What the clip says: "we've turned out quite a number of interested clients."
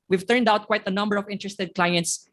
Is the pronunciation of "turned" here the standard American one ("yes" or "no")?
yes